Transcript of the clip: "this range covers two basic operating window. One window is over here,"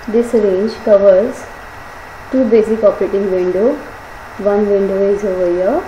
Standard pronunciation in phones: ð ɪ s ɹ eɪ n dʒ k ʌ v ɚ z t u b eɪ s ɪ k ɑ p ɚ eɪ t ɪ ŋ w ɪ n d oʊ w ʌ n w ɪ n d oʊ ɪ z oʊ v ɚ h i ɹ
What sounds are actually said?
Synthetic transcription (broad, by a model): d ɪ s ɹ eɪ n dʒ k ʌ v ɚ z t u b eɪ s ɪ k ɑ p ɚ eɪ t ɪ ŋ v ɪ n d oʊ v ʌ n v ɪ n d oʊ ɪ z oʊ v ɚ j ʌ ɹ